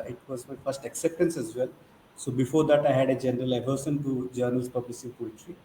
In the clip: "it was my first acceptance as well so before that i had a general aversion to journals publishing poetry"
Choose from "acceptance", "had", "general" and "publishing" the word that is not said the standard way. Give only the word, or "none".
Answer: publishing